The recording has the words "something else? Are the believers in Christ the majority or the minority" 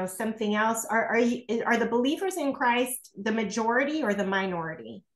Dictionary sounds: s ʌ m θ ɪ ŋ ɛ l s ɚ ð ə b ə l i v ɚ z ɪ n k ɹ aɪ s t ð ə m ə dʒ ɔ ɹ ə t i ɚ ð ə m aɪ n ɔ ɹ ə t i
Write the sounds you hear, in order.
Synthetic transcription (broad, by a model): s ʌ m θ ɪ ŋ ɛ l s ɚ ð ə b ə l i v ɚ z ɪ n k ɹ aɪ s t ð ə m ə dʒ ɔ ɹ ə t i ɚ ð ə m aɪ n ɔ ɹ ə t i